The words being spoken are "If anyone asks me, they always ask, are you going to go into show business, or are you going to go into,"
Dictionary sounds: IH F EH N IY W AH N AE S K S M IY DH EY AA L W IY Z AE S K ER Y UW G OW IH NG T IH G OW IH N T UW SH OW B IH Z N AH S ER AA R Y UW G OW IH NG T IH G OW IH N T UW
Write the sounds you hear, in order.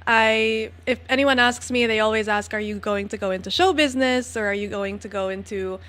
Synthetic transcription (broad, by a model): IH F EH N IY W AH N AE S K S M IY DH EY AA L W IY Z AE S K ER Y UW G OW IH NG T IH G OW IH N T UW SH OW B IH Z N AH S ER R Y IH G OW IH NG T IH G OW IH N T UW